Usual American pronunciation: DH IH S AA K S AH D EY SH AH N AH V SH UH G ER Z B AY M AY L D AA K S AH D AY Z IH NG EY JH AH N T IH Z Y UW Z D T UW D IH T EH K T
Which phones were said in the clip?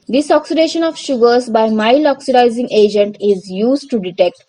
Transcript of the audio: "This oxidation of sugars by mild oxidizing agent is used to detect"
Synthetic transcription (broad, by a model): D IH S AA K S AH D EY SH AH N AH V SH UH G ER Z B AY M AY L AA K S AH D AY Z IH NG EY JH AH N T IH Z Y UW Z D T UW D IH T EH K T